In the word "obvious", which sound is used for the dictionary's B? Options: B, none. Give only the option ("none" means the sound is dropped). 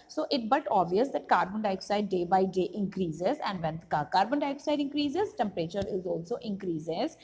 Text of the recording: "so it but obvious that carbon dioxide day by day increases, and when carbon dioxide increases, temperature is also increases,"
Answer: none